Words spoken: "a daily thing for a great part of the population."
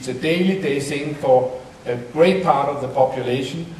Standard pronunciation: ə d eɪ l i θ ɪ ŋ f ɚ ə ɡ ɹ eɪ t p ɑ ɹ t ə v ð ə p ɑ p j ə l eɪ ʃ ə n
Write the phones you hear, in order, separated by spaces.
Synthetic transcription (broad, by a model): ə d eɪ l i s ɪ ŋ f ɚ ə ɡ ɹ eɪ t p ɑ ɹ t ə v ð ə p ɑ p j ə l eɪ ʃ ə n